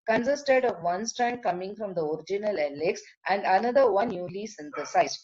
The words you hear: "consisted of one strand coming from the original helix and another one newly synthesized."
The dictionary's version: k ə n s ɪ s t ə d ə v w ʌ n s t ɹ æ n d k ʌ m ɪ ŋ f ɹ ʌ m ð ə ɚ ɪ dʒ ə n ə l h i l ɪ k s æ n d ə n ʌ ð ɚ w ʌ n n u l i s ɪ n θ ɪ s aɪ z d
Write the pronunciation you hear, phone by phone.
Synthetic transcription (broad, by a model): k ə n s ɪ s t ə d ə v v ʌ n s t ɹ æ n d k ʌ m ɪ ŋ f ɹ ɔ m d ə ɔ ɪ dʒ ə n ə l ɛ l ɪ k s æ n d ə n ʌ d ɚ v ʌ n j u l i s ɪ n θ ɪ s aɪ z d